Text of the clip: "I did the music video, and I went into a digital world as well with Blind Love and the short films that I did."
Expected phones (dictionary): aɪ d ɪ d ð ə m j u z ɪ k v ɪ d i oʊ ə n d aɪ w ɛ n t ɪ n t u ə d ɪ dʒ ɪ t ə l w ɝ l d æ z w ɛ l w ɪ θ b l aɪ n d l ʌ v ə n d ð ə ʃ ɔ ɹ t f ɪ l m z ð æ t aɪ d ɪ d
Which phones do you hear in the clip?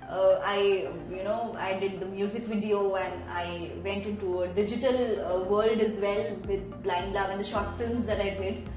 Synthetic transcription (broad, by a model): aɪ d ɪ d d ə m j u z ɪ k v ɪ d i oʊ ə n d aɪ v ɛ n t ɪ n t u ə d ɪ dʒ ɪ t ə l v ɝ l d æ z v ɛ l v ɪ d l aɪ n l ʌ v ə n d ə ʃ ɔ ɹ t f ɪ l m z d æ t aɪ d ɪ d